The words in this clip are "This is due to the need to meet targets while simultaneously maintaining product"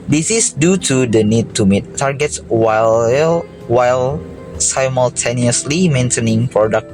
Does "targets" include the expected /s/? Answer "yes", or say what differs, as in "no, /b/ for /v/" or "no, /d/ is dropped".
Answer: yes